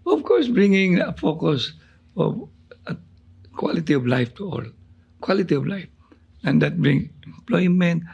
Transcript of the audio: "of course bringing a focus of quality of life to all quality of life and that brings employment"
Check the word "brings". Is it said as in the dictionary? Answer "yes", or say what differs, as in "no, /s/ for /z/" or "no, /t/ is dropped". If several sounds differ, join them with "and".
no, /z/ is dropped